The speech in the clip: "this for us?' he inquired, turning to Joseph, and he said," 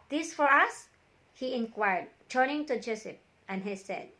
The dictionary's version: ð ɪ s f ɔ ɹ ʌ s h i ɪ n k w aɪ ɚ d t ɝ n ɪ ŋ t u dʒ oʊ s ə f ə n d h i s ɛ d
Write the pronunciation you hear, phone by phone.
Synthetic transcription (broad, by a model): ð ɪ s f ɔ ɹ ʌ s h i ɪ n k w aɪ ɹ d t ɝ n ɪ ŋ t u dʒ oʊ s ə p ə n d h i s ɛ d